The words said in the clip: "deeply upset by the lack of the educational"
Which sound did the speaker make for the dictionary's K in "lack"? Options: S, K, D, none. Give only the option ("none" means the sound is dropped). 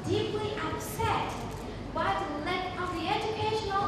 none